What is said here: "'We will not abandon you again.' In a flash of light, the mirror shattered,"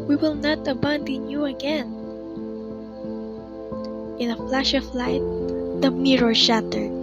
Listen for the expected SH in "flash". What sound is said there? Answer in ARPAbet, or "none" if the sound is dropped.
SH